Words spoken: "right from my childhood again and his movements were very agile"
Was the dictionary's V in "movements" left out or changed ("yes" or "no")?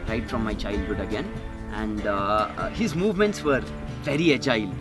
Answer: no